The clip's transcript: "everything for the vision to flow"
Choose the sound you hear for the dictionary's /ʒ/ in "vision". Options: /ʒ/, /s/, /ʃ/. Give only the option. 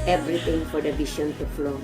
/ʃ/